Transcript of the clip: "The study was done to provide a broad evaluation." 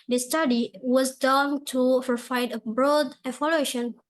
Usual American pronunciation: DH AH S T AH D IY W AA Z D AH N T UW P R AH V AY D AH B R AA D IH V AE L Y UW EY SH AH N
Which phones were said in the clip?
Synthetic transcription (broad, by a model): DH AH S T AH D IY W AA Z D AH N T UW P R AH F AY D AH B R AA D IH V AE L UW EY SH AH N